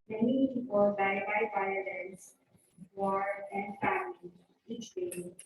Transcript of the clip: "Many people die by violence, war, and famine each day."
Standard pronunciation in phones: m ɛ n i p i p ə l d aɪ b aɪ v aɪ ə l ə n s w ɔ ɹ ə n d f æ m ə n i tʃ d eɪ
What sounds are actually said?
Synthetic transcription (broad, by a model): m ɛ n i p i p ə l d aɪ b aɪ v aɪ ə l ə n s w ɔ ɹ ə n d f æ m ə i tʃ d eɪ